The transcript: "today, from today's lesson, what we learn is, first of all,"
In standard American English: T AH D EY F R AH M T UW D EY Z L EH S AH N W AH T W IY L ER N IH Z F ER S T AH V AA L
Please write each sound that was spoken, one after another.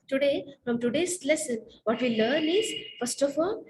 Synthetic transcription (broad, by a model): T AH D EY F R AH M T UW D EY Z L EH S AH N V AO T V IY L ER N IH Z F ER S T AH F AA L